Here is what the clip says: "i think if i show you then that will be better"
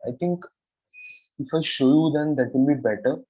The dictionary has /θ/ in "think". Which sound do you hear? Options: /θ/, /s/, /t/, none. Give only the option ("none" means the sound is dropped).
/t/